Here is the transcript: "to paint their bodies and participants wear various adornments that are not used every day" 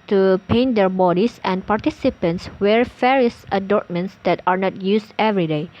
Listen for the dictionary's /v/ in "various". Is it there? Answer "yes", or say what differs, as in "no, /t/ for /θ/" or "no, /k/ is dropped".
no, /f/ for /v/